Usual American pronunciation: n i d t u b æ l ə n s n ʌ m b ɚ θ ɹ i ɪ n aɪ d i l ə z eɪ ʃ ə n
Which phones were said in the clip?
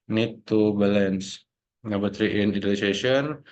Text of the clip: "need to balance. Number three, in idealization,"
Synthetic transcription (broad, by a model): n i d t u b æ l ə n s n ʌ b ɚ t ɹ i ɪ n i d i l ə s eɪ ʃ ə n